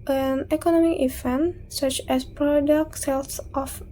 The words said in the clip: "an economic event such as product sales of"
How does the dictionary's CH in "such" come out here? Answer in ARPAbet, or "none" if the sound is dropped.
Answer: CH